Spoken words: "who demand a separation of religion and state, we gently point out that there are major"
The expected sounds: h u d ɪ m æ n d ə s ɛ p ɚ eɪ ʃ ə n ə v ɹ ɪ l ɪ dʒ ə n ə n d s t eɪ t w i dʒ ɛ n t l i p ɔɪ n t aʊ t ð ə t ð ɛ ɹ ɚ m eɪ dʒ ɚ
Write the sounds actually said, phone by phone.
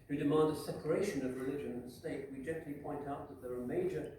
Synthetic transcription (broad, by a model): h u d ɪ m æ n d ə s ɛ p ɚ eɪ ʃ ə n ə v ɹ ɪ l ɪ dʒ ə n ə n s t eɪ t w i dʒ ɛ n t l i p ɔɪ n t aʊ t ð ə t ð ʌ ɹ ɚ m eɪ dʒ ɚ